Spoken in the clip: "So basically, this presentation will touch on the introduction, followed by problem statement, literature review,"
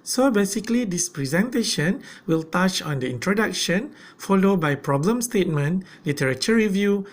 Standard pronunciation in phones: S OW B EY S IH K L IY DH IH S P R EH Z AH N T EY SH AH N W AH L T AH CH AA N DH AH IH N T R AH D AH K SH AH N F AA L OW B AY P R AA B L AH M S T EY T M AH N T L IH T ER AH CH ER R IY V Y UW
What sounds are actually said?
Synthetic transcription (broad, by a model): S OW B EY S IH K L IY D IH S P R EH Z AH N T EY SH AH N W AH L T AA CH AA N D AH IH N T R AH D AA K SH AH N F AA L OW B AY P R AA B L AH M S T EY T M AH N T L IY T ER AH CH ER R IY V Y UW